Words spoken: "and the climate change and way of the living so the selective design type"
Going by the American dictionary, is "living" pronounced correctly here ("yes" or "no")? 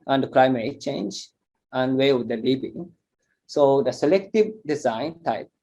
no